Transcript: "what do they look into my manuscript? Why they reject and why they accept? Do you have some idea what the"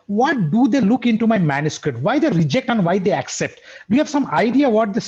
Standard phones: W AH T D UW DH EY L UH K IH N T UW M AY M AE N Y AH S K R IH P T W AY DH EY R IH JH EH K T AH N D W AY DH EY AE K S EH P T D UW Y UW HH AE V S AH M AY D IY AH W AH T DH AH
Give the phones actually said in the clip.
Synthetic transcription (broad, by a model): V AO T D UW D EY L UH K IH N T UW M AY M AE N Y AH S K R IH P T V AY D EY R IH JH EH K T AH N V AY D EY AE K S EH P T D UW Y UW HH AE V S AH M AY D IY AH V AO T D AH